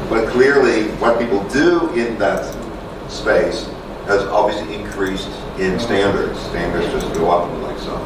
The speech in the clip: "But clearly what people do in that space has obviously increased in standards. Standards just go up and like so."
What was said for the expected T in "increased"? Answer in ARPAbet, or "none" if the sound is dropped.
T